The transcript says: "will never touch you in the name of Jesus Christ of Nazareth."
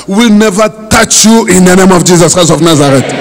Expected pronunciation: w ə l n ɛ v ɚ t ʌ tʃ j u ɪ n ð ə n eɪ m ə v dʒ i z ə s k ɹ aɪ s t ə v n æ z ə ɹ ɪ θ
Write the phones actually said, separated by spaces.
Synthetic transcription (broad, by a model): w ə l n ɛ v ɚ t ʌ tʃ j u ɪ n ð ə n eɪ m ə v dʒ i z ə s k aɪ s ə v n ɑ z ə ɹ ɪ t